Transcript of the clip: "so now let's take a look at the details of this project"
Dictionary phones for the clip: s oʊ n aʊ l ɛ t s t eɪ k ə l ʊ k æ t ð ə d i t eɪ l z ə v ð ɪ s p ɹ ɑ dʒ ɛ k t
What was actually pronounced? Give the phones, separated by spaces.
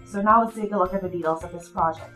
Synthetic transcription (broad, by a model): s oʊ n aʊ w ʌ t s t eɪ k ə l ʊ k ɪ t ð ə d i t eɪ l z ə v ð ɪ s p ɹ ɑ dʒ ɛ k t